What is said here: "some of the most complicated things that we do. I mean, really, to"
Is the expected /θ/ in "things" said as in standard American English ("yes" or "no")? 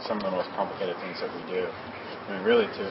yes